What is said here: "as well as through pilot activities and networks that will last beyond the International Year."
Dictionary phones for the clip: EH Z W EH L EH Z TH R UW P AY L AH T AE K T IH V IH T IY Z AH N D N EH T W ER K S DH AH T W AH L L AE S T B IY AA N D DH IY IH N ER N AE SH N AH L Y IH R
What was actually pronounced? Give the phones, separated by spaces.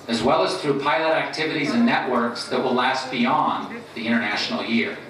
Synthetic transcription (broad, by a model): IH Z W EH L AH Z TH R UW P AY L AH T AE K T IH V IH T IY Z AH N N EH T W ER K S DH AH T W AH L L AE S T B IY AA N DH IY IH ER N AE SH N L Y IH R